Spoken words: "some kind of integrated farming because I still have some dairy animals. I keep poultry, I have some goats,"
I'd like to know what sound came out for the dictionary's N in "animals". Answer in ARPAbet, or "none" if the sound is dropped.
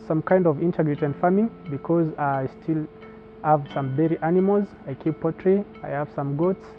N